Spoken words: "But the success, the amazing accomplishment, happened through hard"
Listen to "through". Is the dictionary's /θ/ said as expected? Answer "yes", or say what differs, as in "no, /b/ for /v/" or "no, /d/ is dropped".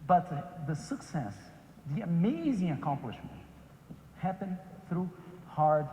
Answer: yes